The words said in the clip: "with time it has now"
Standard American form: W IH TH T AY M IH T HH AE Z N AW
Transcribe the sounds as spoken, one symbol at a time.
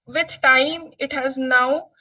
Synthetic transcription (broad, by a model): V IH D T AY M IH T HH AE Z N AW